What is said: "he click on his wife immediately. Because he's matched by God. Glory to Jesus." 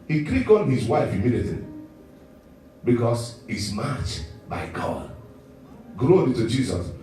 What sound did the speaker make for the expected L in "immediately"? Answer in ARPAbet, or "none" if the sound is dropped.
none